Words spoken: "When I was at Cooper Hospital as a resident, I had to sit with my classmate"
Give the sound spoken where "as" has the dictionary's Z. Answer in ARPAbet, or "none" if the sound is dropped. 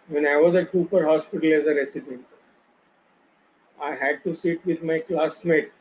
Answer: Z